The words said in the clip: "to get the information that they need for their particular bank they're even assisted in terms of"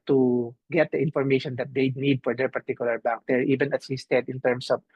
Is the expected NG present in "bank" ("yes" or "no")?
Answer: no